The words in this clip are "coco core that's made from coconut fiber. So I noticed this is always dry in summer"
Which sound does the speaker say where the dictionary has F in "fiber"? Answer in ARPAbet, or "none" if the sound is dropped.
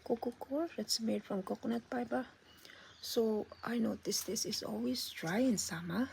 P